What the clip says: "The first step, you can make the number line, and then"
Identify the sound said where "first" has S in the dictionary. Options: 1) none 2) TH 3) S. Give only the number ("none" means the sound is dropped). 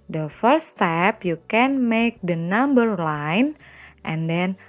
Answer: 1